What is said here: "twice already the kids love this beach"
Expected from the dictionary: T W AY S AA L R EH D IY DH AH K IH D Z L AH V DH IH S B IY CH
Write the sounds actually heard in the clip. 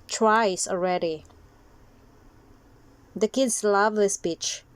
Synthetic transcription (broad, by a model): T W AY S AA L R EH D IY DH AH K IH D S L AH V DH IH S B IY CH